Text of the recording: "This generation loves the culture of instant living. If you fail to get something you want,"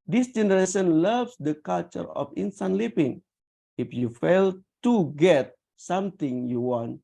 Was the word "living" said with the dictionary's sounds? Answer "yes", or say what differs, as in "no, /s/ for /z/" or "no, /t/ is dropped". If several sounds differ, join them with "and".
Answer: no, /p/ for /v/